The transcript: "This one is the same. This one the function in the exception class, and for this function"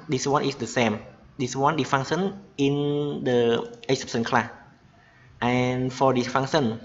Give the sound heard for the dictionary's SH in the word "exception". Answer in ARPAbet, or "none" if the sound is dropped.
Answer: S